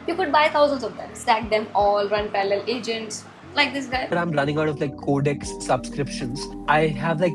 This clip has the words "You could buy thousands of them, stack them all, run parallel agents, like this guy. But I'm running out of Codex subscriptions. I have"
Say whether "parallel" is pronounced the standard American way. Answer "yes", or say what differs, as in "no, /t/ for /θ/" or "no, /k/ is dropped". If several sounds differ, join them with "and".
no, /l/ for /ɹ/